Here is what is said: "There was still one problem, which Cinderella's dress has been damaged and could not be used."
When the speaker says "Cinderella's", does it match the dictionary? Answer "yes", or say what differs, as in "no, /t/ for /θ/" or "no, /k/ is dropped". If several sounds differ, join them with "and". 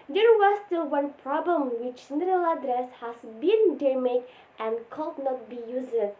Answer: no, /n/ is dropped and /z/ is dropped